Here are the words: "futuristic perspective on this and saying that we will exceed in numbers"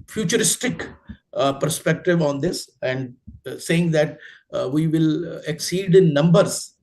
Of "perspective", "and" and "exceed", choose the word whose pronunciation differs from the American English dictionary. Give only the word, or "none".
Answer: none